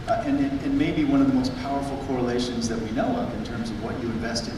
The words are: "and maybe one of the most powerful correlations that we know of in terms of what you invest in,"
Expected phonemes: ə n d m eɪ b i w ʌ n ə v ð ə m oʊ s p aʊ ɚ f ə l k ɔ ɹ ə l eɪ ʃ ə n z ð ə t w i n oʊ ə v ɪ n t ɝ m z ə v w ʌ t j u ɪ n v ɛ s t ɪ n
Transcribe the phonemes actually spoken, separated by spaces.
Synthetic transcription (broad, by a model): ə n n m eɪ b i w ʌ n ə v ð ə m oʊ s p aʊ ɚ f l k ɔ ɹ ə l eɪ ʃ ə n z ð ə t w i n oʊ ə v ɪ n t ɝ m z ə v w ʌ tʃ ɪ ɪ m v ɛ s t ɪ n